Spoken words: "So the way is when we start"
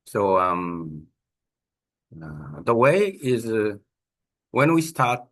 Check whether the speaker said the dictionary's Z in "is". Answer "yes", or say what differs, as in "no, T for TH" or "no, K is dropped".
yes